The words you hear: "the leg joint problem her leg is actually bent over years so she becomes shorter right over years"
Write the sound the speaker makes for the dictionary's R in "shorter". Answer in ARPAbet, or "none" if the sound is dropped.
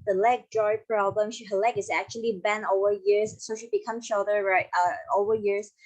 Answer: L